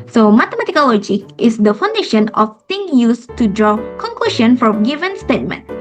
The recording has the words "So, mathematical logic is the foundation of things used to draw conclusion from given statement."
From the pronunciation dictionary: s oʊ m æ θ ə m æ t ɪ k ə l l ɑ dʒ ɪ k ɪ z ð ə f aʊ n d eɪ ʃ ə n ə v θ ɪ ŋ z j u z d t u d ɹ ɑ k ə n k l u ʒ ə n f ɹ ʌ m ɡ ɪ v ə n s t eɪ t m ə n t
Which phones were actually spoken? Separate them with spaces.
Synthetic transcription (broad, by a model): s oʊ m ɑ t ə m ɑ t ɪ k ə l l ɑ dʒ ɪ k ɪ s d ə f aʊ n d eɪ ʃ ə n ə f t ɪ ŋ j u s t u d ɹ ɑ k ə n k l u ʃ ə n f ɹ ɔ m ɡ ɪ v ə n s t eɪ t m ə n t